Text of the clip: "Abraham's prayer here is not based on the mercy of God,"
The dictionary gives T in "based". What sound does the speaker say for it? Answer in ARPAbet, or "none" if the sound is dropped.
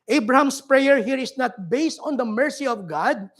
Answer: T